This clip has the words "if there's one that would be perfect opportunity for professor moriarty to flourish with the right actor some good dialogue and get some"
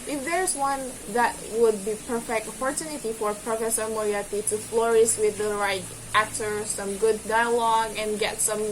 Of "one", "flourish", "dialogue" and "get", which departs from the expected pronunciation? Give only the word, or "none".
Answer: flourish